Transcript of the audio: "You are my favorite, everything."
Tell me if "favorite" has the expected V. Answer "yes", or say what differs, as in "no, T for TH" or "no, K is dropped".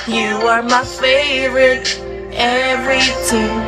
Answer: yes